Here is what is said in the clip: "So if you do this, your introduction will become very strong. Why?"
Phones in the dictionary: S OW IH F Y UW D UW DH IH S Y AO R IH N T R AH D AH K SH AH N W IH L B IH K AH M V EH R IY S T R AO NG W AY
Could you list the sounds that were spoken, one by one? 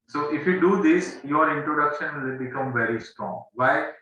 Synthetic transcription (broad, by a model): S OW IH F Y UW D UW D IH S Y AO R IH N T R AH D AH K SH AH N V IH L B IH K AH M V EH R IY S T R AO NG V AY